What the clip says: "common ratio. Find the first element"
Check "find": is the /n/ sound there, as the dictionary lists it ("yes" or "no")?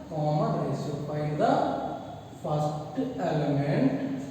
no